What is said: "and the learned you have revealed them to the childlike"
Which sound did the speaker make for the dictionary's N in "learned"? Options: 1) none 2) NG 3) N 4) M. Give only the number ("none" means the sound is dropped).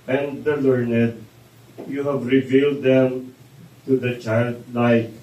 3